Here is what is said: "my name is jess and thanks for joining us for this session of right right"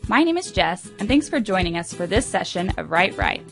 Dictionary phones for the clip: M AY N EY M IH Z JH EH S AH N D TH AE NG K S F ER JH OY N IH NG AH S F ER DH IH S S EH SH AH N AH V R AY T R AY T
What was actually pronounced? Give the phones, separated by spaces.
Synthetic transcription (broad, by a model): M AY N EY M IH Z JH EH S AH N TH AE NG K S F ER JH OY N IH NG AH S F ER DH IH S S EH SH AH N AH V R AY T R AY T